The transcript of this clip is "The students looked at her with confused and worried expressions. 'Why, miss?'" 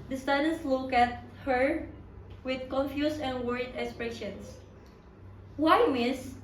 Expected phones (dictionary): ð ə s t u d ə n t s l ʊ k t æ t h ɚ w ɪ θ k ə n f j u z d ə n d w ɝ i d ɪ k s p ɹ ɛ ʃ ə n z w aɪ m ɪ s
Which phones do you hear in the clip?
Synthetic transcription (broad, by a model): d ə s t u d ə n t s l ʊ k æ t h ɚ w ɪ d k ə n f j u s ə n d w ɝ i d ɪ k s p ɹ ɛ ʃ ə n s w aɪ m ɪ s